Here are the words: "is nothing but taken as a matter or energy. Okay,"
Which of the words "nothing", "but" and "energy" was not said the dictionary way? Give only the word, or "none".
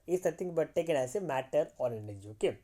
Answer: nothing